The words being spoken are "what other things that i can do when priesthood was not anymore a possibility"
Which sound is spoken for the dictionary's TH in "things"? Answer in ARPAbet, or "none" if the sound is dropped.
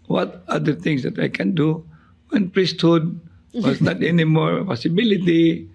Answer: T